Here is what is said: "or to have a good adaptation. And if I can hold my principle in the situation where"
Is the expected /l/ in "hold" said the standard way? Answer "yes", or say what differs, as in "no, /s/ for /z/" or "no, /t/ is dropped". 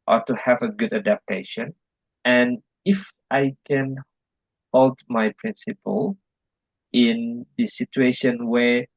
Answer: yes